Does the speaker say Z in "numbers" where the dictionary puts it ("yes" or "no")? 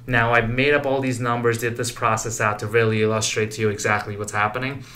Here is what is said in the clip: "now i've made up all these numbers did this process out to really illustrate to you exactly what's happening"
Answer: yes